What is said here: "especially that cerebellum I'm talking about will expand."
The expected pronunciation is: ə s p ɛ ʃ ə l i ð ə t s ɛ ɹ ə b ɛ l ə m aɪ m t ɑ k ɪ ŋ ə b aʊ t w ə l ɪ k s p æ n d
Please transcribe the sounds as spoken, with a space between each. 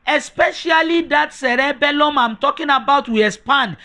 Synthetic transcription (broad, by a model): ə s p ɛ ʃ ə l i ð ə t s ɛ ɹ ə b ɛ l ə m aɪ m t ɑ k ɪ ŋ ə b aʊ t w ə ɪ s p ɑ n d